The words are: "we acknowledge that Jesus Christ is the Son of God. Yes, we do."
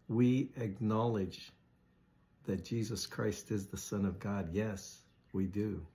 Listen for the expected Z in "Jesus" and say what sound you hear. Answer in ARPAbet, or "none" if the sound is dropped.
Z